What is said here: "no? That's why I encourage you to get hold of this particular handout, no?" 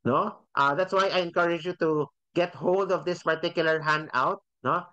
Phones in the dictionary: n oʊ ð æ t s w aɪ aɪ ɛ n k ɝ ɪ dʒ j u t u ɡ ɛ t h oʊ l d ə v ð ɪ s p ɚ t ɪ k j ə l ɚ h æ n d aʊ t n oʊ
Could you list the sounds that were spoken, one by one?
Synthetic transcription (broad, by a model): n oʊ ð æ t s w aɪ aɪ ɛ n k ɝ ɪ dʒ j u t u ɡ ɛ t h oʊ l d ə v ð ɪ s p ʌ t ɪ k j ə l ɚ h æ n d aʊ t n oʊ